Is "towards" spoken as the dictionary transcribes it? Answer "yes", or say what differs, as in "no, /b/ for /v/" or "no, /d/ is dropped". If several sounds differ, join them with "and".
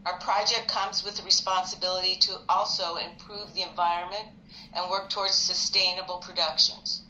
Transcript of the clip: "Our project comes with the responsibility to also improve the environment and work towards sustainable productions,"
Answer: yes